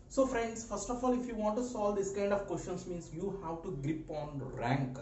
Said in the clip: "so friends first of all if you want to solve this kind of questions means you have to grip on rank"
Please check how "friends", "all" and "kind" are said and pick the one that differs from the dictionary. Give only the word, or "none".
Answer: friends